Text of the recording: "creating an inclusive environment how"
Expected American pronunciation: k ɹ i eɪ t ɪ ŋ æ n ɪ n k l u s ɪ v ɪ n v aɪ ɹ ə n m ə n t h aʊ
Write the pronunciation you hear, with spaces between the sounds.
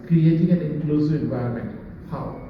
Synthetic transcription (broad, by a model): k ɹ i eɪ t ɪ ŋ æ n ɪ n k l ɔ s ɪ ɪ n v aɪ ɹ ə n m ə n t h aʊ